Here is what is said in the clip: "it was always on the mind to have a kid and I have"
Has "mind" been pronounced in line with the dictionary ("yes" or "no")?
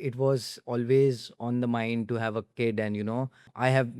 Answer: yes